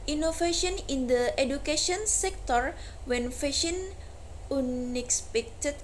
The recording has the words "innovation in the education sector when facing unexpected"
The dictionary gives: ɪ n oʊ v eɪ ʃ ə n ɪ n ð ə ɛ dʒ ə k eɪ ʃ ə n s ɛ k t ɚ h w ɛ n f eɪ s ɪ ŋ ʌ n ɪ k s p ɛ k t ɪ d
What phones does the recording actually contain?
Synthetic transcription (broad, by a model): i n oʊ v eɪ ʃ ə n ɪ n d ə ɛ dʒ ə k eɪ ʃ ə n s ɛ k t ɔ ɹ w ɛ n f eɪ ʃ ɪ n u n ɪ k s p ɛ k t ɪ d